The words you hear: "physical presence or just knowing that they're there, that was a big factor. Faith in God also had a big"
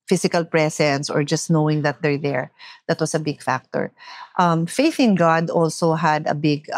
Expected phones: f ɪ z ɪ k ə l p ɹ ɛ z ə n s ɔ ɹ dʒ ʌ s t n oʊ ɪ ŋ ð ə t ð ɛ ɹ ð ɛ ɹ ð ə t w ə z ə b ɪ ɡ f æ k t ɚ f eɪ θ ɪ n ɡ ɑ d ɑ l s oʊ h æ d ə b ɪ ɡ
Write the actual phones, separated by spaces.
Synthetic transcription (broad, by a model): f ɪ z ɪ k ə l p ɹ ɛ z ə n s ɔ ɹ dʒ ʌ s t n oʊ ɪ ŋ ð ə t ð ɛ ɹ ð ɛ ɹ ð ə t w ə s ə b ɪ ɡ f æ k t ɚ f eɪ θ ɪ n ɡ ɑ d ɑ l s oʊ h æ d ə b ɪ ɡ